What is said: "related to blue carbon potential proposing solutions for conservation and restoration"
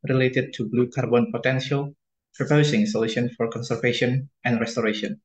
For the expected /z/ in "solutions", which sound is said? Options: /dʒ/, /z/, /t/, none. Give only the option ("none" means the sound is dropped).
none